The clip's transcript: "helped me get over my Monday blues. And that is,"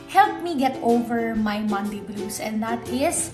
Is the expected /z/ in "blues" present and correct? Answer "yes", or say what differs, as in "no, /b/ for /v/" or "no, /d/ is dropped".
no, /s/ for /z/